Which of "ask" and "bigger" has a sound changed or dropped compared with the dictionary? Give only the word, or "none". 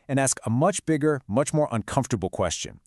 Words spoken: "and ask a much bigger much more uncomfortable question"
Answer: none